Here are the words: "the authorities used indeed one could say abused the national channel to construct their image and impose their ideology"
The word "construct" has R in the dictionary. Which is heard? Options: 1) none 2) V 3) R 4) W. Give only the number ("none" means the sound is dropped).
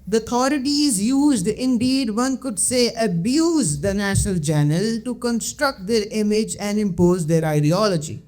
3